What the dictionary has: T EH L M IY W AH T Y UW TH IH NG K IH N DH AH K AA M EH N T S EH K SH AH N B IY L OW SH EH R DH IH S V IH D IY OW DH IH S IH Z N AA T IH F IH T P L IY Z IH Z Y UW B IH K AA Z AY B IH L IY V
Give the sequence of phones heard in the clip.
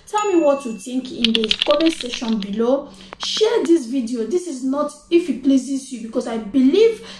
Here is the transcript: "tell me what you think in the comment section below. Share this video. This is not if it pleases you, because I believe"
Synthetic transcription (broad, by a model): T EH L M IY W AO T Y UW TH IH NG K IH N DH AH K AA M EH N S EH SH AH N B IY L OW SH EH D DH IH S V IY D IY OW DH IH S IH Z N AA T IH F IH T P L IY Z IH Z Y UW B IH K AA S AY B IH L IY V